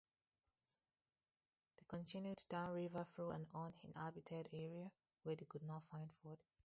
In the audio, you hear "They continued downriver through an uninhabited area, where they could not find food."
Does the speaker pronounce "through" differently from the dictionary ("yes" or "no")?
yes